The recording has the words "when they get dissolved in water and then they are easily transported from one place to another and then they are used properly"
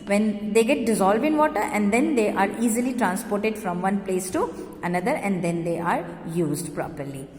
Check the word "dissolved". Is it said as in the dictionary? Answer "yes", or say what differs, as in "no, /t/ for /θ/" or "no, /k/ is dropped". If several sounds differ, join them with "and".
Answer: yes